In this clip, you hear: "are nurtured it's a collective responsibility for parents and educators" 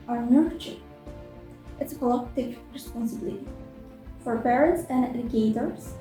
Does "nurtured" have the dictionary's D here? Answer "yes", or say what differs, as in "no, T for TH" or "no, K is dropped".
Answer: no, D is dropped